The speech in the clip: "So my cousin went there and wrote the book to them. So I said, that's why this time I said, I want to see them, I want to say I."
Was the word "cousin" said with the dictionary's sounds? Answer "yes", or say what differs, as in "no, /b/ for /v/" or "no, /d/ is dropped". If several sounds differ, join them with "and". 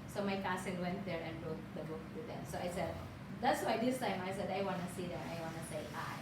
no, /s/ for /z/